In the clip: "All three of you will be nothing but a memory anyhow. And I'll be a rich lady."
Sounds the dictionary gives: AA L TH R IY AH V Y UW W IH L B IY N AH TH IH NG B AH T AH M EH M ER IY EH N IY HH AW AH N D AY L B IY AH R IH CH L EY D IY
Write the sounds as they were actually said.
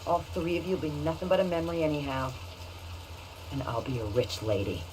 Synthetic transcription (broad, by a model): AA L TH R IY AH V Y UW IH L B IY N AH TH IH NG B AH T AH M EH M ER IY EH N IY HH AW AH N AY L B IY AH R IH CH L EY D IY